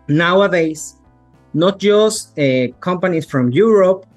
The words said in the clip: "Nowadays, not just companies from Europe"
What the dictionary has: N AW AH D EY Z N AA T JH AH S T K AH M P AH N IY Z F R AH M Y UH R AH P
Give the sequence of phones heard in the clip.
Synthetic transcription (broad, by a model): N AW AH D EY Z N AA T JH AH S T K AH M P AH N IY S F R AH M Y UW R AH P